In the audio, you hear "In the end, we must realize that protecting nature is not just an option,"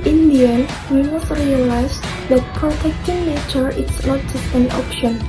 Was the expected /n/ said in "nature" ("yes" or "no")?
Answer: no